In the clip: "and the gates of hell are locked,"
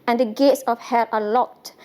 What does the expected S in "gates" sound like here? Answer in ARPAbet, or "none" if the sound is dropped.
S